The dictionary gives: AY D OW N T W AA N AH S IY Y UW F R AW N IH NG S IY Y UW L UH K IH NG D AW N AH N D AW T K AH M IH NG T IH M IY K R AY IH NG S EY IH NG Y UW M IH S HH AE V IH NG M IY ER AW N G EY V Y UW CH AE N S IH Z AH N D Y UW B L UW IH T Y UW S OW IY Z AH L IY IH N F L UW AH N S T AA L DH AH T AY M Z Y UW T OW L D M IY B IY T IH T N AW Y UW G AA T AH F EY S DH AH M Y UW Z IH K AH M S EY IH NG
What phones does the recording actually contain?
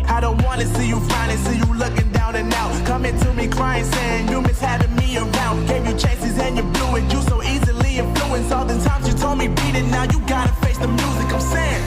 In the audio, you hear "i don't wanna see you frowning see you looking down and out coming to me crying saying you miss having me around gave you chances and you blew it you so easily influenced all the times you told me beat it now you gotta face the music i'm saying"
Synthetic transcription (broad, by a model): AY D OW N T W AA N AH S IY Y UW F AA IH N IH S IY Y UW L UH K IH NG D AW N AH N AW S K AH M IH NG T IH M IY K R AY IH NG S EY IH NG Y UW M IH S HH AE V IH NG M IY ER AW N G EY V Y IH CH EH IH S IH Z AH N Y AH B L UW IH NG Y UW S OW IY Z AH L IY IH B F L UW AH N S AA L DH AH T AY M Z Y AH T OW L D M IY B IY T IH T N AW Y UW G AA T AH F EY S DH AH M Y UW Z IH K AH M S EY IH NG